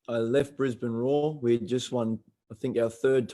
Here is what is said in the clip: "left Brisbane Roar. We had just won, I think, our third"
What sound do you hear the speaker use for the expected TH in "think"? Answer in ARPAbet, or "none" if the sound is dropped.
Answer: TH